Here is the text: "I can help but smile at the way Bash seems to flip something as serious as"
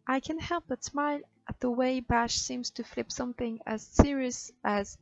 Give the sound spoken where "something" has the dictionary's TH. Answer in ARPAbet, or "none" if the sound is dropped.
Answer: TH